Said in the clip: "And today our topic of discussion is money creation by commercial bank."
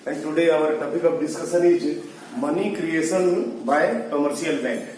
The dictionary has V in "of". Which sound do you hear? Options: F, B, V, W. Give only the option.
B